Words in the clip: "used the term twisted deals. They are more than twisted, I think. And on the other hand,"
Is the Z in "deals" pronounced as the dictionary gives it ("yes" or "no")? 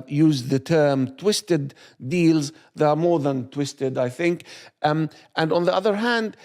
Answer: yes